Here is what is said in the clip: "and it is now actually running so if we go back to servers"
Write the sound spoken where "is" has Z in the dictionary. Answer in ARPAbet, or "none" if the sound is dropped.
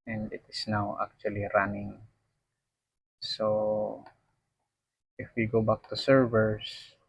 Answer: S